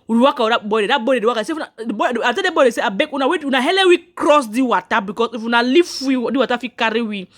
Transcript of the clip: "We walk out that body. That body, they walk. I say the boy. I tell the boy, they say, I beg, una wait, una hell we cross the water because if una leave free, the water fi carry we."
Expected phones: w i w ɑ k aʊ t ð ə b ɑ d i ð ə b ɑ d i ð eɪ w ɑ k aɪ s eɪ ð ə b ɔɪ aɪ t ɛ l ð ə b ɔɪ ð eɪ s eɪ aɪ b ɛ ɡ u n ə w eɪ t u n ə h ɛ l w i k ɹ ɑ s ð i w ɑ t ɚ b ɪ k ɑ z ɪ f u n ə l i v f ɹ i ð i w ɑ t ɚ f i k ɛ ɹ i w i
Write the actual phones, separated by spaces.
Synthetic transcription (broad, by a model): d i w ɑ k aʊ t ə b ɑ d i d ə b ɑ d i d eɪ w ɑ k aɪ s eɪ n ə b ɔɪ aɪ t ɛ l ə b ɔɪ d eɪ s eɪ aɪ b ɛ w u n ə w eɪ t u n ə h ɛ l w i k ɹ ɑ s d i w ɑ t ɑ b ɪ k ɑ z ɪ f u n ə l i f w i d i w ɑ t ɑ f i k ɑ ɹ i w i